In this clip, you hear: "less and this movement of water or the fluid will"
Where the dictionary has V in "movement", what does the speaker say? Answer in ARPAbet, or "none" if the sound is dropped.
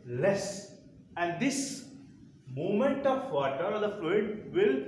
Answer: none